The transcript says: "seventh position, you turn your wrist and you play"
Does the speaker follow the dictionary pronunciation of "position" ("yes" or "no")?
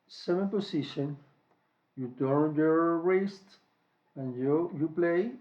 no